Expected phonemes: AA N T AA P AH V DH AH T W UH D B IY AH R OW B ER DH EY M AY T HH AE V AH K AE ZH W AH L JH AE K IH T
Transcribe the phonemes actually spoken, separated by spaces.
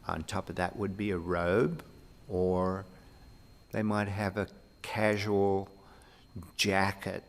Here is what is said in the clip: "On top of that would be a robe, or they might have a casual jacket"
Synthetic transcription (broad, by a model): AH N T AA P AH V DH AH T W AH D B IY AH R OW B ER DH EY M AY T HH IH V AH K AE ZH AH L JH AE K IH T